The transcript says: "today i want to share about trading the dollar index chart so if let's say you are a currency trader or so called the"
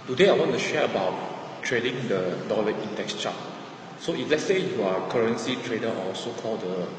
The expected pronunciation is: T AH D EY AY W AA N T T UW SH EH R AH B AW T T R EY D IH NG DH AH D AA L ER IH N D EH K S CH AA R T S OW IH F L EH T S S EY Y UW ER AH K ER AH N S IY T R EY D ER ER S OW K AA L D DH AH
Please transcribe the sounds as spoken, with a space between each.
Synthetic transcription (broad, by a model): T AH D EY AY W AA N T T UW SH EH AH AH B AW T T R EY D IH NG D AH D AA L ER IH N D EH K S CH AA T S OW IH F L EH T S S EY Y UW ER AH K ER AH N S IY T R EY D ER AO S OW K AA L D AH